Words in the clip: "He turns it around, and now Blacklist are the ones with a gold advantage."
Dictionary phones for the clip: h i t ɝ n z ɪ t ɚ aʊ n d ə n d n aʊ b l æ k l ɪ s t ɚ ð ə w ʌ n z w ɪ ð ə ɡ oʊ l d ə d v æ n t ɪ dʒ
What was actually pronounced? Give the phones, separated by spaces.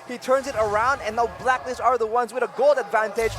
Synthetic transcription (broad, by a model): h i t ɝ n z ɪ t ɚ aʊ n d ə n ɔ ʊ b l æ k n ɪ s ɚ ð ə w ʌ n z w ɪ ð ə ɡ oʊ l d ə d v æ n t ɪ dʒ